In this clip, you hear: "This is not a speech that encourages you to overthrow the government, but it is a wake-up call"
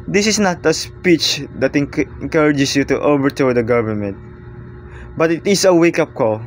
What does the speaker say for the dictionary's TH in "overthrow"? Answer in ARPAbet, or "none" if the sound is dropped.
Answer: T